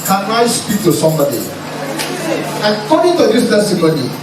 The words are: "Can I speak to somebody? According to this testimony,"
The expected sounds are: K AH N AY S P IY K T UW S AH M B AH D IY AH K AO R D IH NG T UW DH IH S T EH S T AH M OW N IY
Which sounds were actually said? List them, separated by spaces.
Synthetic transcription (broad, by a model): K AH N AY S P IY K T UW S AH M B AH D IY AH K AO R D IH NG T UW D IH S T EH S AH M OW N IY